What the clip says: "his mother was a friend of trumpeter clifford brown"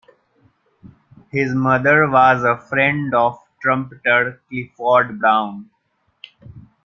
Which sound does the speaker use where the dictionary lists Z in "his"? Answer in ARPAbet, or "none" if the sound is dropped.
Z